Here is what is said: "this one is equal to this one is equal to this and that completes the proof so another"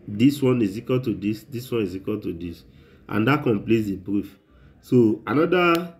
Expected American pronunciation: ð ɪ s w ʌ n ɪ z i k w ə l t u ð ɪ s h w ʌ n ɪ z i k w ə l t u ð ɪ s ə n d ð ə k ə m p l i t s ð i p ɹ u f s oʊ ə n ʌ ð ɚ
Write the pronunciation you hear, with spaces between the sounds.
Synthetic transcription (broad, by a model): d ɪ s w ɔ n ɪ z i k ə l t u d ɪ s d w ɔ n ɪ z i k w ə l t u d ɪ s ə n d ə k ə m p l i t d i b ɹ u f s oʊ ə n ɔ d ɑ